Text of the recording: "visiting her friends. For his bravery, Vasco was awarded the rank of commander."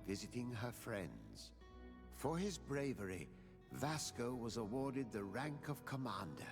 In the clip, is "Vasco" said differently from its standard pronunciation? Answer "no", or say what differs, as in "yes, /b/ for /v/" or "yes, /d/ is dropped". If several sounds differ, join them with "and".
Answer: no